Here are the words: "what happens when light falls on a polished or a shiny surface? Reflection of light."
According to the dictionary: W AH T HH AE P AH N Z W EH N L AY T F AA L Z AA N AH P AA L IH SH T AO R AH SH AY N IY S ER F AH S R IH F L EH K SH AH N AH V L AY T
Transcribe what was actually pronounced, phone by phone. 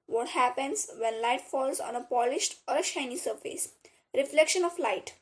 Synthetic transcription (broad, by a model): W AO T HH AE P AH N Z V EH N L AY T F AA L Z AA N AH P AA L IH SH T AO R AH SH AY N IY S ER F AH S R IH F L EH K SH AH N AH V L AY T